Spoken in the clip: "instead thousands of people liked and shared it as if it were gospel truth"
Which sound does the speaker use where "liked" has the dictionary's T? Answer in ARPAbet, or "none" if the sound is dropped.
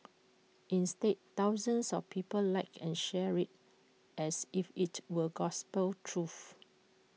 none